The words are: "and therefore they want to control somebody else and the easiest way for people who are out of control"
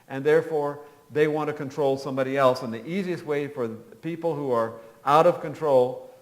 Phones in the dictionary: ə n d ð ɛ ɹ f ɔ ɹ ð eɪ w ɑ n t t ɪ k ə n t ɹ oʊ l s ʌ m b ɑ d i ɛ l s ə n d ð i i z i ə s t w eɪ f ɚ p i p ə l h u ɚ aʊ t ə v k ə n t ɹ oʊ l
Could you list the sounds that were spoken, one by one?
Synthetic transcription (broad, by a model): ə n ð ɛ ɹ f ɔ ɹ ð eɪ w ɑ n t t ɪ k ə n t ɹ oʊ l s ʌ m b ɑ d i ɛ l s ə n ð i i z i ə s t w eɪ f ɚ p i p l h u ɚ aʊ t ə v k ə n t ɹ oʊ l